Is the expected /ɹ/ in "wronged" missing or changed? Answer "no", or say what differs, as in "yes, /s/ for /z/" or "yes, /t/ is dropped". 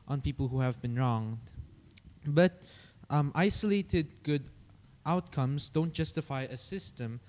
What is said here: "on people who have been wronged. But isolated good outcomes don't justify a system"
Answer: no